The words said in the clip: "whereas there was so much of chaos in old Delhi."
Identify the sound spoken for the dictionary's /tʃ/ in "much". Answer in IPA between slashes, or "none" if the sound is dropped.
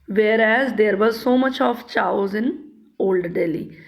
/tʃ/